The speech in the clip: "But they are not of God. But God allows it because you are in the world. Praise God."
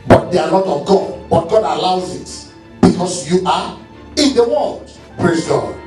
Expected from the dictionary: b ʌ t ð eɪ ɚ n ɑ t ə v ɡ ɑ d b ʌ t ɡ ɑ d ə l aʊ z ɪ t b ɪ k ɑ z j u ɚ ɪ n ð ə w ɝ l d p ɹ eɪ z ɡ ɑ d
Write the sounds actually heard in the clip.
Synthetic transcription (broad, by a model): b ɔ t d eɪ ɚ l ɑ t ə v ɡ ɑ d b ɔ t ɡ ɑ d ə l aʊ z ɪ t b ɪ k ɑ s j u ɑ ɪ n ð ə w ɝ l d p ɹ eɪ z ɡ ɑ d